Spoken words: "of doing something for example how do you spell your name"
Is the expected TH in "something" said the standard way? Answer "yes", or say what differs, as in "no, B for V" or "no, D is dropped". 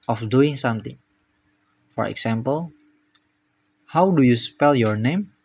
no, T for TH